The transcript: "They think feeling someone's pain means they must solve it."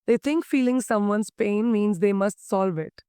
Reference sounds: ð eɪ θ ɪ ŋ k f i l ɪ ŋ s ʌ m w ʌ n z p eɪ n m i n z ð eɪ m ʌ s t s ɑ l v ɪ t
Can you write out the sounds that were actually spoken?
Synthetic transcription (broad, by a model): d eɪ t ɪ ŋ k f i l ɪ ŋ s ʌ m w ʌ n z p eɪ n m i n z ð eɪ m ʌ s t s ɑ l v ɪ t